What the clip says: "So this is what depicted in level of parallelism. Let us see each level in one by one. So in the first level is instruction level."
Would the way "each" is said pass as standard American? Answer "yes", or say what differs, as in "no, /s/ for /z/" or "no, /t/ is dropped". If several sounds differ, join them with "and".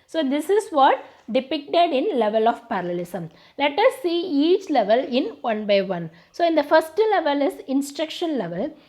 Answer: yes